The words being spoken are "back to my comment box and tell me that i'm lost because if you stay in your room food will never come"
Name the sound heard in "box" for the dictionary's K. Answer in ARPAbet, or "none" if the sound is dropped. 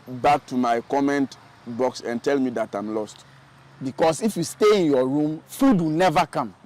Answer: K